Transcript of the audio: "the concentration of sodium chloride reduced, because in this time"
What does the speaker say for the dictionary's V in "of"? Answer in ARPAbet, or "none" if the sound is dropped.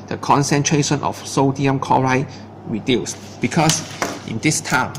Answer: F